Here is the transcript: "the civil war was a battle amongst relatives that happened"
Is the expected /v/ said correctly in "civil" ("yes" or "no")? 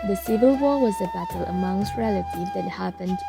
yes